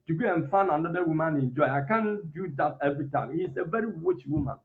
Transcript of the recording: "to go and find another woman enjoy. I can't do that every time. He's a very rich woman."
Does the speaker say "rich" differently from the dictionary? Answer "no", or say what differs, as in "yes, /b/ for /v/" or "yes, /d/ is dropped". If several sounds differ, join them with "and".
yes, /w/ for /ɹ/